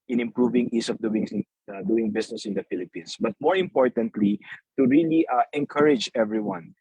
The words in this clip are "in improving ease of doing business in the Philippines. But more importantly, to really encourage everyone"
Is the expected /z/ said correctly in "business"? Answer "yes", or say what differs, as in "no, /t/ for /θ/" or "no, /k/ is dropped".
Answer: no, /s/ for /z/